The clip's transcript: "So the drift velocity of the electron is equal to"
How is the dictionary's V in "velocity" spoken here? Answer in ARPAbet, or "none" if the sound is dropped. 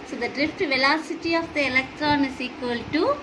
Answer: V